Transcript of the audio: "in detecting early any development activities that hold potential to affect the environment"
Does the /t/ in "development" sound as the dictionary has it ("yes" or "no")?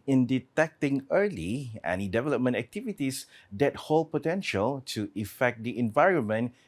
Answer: yes